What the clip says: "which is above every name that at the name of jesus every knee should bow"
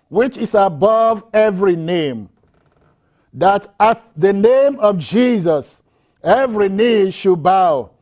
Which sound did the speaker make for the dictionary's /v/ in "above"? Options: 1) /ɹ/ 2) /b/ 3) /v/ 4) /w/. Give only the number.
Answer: 3